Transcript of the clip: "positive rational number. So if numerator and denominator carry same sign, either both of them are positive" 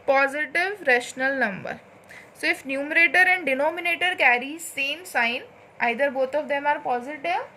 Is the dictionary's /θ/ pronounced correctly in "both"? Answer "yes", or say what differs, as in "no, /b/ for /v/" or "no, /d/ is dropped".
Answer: no, /t/ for /θ/